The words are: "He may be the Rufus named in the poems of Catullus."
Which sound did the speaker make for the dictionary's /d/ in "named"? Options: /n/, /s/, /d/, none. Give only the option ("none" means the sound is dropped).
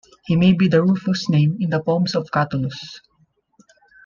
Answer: none